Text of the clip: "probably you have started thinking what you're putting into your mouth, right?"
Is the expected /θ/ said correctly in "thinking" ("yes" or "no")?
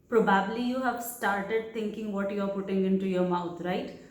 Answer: no